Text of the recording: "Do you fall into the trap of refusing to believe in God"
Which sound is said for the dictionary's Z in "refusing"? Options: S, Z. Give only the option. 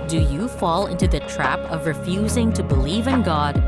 Z